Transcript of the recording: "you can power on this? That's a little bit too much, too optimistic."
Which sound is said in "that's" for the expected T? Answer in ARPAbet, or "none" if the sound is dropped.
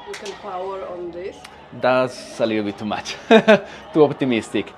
S